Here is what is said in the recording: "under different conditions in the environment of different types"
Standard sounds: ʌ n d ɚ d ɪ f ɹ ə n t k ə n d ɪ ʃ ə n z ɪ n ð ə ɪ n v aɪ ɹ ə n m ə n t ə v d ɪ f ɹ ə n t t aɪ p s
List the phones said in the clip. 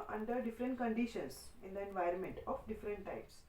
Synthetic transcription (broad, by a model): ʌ n d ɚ d ɪ f ɹ ə n t k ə n d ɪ ʃ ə n s ɪ n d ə ɪ n v aɪ ɹ ə n m ə n t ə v d ɪ f ɹ ə n t t aɪ p s